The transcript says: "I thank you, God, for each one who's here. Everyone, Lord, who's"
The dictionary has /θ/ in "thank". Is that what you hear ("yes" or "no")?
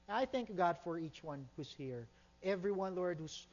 yes